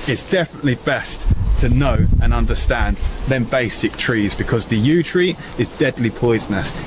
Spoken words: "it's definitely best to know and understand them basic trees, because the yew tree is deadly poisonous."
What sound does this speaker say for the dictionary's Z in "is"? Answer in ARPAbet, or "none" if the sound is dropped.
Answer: Z